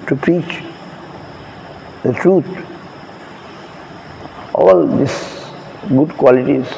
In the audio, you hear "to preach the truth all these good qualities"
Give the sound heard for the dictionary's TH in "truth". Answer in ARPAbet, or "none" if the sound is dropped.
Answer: T